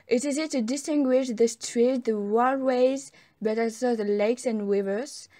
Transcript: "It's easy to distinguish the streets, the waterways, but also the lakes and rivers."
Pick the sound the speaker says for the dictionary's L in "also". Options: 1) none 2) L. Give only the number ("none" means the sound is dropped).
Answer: 1